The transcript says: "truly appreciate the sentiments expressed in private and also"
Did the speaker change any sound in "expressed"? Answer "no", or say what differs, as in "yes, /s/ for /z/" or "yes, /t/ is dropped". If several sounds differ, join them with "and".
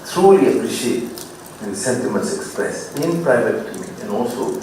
yes, /t/ is dropped